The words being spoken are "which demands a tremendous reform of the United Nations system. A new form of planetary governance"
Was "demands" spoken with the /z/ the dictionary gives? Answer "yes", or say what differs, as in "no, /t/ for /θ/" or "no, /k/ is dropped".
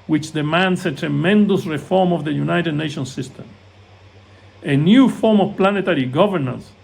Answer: no, /s/ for /z/